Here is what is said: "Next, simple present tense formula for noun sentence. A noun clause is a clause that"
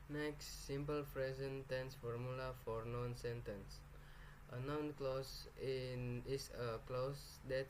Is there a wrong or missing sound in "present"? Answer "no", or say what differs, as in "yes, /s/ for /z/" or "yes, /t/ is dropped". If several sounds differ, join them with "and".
yes, /f/ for /p/